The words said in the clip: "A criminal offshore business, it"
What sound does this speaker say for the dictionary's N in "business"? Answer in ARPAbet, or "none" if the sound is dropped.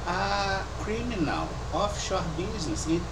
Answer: none